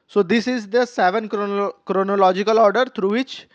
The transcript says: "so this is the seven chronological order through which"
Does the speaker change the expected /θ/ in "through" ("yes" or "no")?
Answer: yes